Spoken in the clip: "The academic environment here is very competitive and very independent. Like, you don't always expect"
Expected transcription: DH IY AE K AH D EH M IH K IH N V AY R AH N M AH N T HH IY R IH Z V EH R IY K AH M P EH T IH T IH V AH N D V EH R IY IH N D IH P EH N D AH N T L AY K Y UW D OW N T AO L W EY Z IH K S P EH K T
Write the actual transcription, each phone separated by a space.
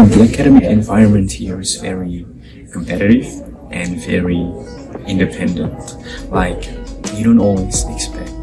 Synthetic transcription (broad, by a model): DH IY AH K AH D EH M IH IH N V AY R AH N M AH N T HH IY R IH Z V EH R IY K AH M P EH T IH T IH V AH N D V EH R IY IH N D IH P EH N D AH N T L AY K Y UW D OW N T AO L W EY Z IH K S P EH K T